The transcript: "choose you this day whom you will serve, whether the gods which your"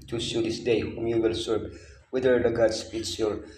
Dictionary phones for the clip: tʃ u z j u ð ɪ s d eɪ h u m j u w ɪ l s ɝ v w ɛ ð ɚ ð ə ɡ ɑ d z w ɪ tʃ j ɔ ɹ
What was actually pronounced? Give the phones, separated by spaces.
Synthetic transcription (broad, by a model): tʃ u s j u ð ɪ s d eɪ h u m j u w ɪ l s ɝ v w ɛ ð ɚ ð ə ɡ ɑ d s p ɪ s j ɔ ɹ